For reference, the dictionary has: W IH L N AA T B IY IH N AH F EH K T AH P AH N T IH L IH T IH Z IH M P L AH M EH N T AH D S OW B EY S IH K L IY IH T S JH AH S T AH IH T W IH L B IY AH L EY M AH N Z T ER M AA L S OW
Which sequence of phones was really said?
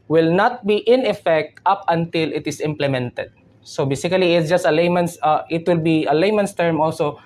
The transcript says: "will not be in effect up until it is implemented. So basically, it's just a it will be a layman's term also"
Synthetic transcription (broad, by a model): W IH L N AA T B IY IH N AH F EH K T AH P AH N T IH L IH T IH S IH M P L AH M EH N T AH D S OW B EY S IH K L IY IH T S JH AH S T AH IH T W IH L B IY AH L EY M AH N S T ER M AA L S OW